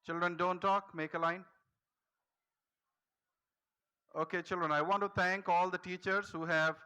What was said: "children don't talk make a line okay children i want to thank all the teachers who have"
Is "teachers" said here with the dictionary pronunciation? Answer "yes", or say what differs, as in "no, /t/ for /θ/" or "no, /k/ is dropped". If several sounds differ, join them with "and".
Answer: yes